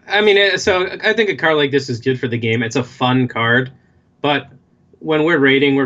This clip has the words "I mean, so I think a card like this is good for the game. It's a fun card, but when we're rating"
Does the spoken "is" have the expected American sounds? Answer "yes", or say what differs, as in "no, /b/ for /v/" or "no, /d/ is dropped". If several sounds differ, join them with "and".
yes